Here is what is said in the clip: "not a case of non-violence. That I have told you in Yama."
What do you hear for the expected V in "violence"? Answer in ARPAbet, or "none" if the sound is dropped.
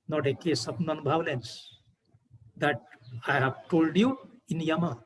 B